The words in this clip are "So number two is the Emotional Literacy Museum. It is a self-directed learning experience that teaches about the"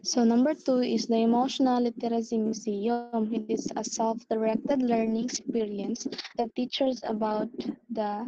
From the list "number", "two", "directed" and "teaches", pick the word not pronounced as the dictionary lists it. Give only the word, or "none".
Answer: teaches